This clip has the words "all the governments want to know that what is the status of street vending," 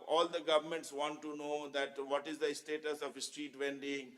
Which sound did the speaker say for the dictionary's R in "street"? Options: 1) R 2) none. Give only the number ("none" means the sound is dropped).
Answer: 1